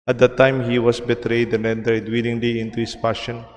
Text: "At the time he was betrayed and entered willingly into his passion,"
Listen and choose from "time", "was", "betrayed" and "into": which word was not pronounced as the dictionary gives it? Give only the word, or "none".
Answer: was